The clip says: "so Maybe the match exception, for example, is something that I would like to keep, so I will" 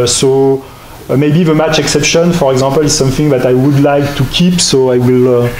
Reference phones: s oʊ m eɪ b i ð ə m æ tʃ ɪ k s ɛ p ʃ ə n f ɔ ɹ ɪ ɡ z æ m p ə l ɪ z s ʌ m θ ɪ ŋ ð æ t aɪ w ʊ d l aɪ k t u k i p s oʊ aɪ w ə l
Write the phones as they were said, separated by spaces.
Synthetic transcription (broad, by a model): s oʊ m eɪ b i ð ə m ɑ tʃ ɪ k s ɛ p ʃ ə n f ɔ ɹ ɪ ɡ z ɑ p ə l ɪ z s ʌ m θ ɪ ŋ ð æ t aɪ w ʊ d l aɪ k t u k i p s oʊ aɪ w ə l